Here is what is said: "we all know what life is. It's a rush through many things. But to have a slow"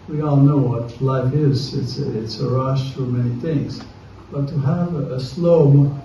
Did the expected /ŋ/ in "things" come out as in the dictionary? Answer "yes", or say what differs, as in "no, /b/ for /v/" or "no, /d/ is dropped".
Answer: yes